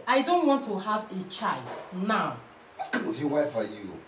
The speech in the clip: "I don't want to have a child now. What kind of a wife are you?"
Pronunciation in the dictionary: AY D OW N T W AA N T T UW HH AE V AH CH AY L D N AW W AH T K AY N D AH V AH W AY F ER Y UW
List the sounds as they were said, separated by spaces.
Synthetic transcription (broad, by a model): AY D OW N T W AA N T T UW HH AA V AH CH AY L D N AW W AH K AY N AH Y AH W AY F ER Y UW